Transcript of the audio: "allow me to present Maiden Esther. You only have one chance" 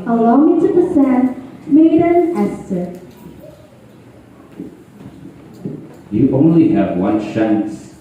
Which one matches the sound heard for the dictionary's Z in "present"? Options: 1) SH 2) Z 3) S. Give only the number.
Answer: 3